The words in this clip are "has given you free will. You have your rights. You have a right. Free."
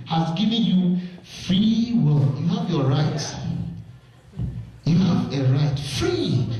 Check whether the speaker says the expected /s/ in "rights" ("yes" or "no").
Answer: no